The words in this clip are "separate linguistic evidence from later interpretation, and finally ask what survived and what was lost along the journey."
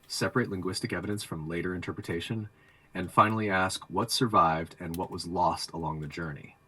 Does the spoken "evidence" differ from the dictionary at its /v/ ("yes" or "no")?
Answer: no